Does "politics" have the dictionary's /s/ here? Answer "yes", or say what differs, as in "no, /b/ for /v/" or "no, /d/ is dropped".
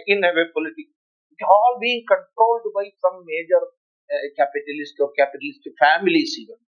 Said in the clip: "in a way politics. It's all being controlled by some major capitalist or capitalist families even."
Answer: no, /s/ is dropped